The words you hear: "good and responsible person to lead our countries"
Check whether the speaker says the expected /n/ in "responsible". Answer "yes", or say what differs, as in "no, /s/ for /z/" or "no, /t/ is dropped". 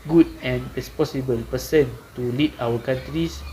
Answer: no, /n/ is dropped